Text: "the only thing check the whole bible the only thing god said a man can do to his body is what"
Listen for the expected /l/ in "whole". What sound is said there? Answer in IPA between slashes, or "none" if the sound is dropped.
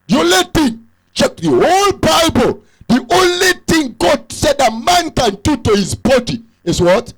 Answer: /l/